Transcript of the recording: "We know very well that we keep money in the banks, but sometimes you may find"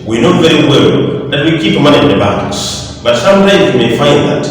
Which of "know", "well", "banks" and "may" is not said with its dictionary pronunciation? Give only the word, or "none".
banks